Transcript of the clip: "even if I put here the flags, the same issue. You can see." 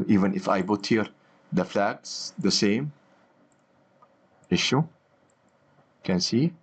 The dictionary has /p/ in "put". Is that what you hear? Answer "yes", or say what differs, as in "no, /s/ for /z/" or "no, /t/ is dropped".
no, /b/ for /p/